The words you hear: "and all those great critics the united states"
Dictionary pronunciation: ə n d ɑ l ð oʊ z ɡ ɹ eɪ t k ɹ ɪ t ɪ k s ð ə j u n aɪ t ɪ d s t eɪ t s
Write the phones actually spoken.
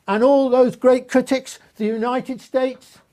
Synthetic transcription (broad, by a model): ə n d ɑ l ð oʊ z ɡ ɹ eɪ t k ɹ ɪ t ɪ k s ð ə j u n aɪ t ɪ d s t eɪ t s